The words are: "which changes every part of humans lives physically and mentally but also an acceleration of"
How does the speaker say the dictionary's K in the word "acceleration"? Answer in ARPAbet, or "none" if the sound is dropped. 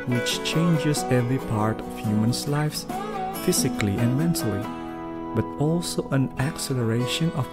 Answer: K